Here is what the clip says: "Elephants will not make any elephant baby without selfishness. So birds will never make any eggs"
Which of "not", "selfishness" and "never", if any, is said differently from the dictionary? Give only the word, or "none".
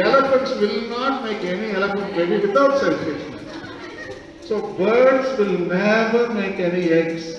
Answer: selfishness